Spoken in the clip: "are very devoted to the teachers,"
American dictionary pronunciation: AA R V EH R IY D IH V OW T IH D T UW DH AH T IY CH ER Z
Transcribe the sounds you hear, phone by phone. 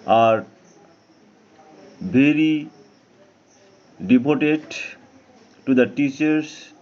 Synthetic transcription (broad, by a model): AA R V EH R IY D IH P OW T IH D T UW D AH T IY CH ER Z